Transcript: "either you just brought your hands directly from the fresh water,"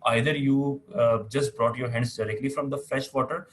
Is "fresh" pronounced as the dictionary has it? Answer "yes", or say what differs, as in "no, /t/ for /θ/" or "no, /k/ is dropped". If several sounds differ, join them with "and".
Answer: no, /l/ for /ɹ/